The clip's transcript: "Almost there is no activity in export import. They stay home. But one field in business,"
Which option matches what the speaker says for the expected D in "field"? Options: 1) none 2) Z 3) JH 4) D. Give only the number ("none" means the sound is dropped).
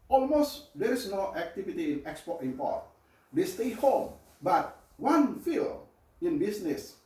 1